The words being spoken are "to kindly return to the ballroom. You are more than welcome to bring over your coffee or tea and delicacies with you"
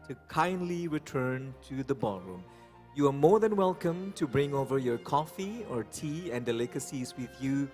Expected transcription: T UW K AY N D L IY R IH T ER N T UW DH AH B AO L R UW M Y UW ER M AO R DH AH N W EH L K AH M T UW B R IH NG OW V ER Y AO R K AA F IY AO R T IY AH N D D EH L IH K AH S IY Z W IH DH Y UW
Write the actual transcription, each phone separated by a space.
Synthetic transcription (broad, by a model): T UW K AY N D L IY R IH T ER N T UW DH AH B AO L R UW M Y UW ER M AO R DH AH N W EH L K AH M T UW B R IH NG OW V ER Y AO R K AA F IY AO R T IY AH N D D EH L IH K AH S IY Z W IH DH Y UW